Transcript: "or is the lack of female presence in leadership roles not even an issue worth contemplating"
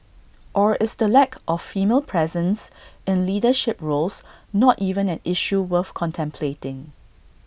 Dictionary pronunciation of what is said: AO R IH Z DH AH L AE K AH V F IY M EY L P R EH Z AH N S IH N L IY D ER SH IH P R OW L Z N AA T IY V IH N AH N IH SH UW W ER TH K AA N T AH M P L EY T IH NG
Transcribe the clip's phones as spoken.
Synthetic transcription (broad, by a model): AO R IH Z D AH L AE K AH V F IY M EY L P R EH Z AH N S IH N L IY D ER SH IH P R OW L S N AA T IY V IH N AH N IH SH UW W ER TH K AA N T AH M P L EY T IH NG